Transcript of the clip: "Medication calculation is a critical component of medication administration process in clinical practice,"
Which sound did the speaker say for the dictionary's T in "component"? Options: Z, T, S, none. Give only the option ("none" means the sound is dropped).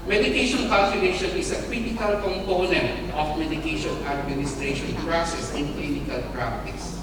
T